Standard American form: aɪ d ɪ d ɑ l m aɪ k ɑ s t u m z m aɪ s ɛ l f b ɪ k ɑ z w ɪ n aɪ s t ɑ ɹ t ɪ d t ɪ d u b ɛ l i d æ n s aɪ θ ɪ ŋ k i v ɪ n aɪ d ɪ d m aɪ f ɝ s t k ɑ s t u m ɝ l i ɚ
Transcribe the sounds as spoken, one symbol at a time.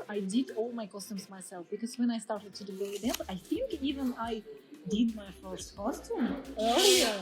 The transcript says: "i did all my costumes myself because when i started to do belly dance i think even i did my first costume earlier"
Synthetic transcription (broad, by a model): aɪ d ɪ d ɑ l m aɪ k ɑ s t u m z m aɪ s ɛ l f b ɪ k ɑ z w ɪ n aɪ s t ɑ ɹ t ɪ d t ɪ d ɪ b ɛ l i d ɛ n aɪ θ ɪ ŋ k i v ɪ n aɪ d ɪ d m aɪ f ɝ s t k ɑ s t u m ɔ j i